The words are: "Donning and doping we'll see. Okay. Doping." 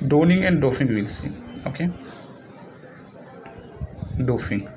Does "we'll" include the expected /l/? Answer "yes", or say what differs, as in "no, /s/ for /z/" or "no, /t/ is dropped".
yes